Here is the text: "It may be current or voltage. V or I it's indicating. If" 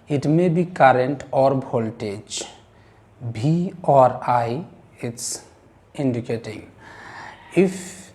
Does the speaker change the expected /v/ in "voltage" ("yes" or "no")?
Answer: yes